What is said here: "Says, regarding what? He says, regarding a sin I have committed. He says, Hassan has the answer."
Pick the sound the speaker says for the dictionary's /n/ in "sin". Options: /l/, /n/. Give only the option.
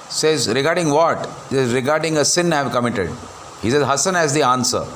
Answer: /n/